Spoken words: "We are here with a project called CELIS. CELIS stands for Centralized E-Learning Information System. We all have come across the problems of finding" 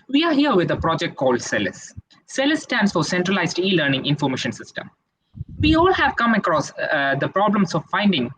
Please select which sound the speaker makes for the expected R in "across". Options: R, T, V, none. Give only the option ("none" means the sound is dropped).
R